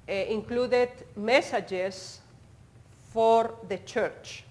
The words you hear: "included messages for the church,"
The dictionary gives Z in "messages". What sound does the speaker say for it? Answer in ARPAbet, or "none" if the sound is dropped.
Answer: S